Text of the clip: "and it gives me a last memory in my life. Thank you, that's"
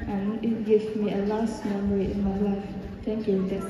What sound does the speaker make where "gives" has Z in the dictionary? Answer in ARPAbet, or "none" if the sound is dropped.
none